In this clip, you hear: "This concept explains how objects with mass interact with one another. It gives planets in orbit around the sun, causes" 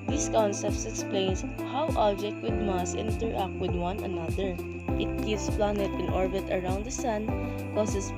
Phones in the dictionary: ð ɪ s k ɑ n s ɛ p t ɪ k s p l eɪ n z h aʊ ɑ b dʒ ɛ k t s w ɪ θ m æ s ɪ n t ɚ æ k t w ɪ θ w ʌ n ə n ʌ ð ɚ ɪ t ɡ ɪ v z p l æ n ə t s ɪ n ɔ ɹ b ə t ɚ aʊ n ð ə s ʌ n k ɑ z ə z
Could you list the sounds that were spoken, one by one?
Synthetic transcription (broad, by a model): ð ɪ s k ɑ n s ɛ p t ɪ k s p l eɪ n s h aʊ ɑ b dʒ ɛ k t w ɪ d m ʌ s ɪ n t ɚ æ k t w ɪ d w ʌ n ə n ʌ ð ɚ ɪ t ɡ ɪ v s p l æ n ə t ɪ n ɔ ɹ b ə t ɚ aʊ n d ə s ʌ n k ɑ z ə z